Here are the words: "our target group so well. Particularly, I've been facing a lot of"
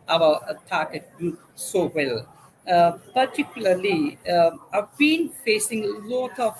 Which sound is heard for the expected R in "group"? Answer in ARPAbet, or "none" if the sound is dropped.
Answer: none